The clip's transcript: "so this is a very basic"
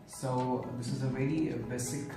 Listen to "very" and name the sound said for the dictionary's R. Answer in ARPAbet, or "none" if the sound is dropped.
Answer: L